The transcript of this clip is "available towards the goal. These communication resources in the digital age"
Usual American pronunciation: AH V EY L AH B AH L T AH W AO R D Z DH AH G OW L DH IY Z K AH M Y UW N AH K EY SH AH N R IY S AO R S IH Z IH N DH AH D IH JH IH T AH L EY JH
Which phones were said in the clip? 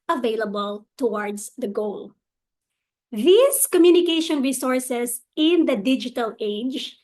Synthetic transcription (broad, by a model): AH V EY L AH B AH L T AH W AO R D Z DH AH G OW L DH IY S K AH M Y UW N AH K EY SH AH N R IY S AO R S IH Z IH N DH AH D IH JH IH T AH L EY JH